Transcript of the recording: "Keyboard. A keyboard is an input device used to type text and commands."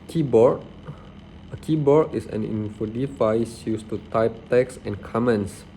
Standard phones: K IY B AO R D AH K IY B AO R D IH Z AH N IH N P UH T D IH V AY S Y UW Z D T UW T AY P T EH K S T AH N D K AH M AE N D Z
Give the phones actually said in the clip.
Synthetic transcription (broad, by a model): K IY B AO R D AH K IY B AO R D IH S AH N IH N F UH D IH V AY S Y UW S T UW T AY P T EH K S AH N K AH M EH N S